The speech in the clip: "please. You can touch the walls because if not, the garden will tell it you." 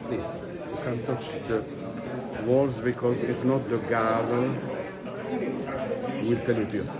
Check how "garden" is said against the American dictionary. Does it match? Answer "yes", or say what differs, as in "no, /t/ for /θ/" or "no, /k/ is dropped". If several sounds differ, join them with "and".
no, /l/ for /n/